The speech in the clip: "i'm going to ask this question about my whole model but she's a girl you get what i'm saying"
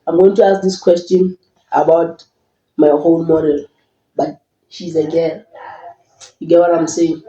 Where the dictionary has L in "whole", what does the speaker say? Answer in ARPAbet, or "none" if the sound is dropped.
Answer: N